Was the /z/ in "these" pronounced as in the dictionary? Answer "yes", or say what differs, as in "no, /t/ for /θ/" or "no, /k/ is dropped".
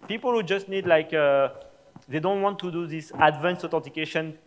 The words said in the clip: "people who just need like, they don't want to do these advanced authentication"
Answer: no, /s/ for /z/